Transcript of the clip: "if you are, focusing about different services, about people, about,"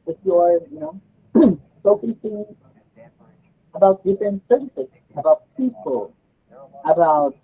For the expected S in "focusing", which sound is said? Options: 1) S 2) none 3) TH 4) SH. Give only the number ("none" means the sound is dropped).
3